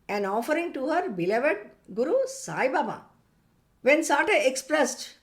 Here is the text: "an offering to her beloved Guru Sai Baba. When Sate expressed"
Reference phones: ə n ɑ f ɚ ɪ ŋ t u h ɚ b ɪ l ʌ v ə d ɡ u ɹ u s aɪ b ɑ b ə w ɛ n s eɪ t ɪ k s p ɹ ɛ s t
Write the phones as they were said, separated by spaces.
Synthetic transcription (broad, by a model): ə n ɑ f ɚ ɪ ŋ t u h ɚ b ɪ l ʌ v ə d ɡ u ɹ u s aɪ b ɑ b ə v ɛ n s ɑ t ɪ k s p ɹ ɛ s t